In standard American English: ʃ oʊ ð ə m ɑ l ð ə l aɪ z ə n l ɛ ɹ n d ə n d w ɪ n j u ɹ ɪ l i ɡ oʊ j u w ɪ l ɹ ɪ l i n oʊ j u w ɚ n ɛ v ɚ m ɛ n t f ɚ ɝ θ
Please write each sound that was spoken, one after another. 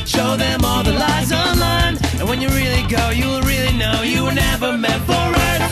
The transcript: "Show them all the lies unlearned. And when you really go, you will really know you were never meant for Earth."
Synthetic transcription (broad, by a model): ʃ oʊ ð ə m ɑ l ð ə l aɪ z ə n l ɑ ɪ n ə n w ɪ n j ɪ ɹ ɪ l i ɡ oʊ j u w ɪ l ɹ ɪ l i n oʊ j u w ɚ n ɛ v ɚ m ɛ t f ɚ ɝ